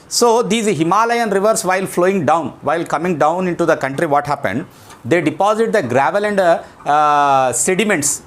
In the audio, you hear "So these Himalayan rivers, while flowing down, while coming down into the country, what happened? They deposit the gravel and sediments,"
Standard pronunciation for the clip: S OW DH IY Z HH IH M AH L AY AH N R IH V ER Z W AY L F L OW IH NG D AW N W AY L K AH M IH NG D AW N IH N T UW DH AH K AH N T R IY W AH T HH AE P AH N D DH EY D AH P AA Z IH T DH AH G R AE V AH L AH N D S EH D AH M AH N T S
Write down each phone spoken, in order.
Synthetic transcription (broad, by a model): S OW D IY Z HH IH M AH L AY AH N R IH V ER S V AY L F L OW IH NG D AW N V AY L K AH M IH NG D AW N IH N T UW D AH K AH N T R IY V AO T HH AE P AH N D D EY D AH P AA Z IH T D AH G R AE V AH L AH N D S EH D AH M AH N T S